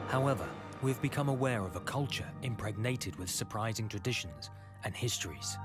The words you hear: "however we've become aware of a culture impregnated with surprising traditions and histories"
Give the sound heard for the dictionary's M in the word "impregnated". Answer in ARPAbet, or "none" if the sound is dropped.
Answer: M